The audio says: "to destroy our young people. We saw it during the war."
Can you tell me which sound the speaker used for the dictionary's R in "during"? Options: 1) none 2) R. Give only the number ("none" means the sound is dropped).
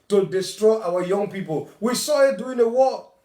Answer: 1